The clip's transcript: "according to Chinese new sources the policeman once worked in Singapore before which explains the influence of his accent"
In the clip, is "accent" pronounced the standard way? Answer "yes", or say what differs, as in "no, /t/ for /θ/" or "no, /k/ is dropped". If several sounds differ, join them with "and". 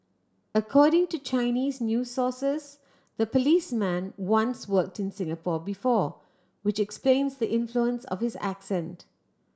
yes